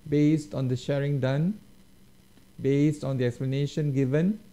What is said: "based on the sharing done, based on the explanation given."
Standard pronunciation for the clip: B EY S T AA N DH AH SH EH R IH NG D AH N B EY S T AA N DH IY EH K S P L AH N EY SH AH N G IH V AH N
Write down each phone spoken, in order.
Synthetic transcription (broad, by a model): B EY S T AA N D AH SH EH R IH NG D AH N B EY S T AA N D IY EH K S P L AH N EY SH AH N G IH V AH N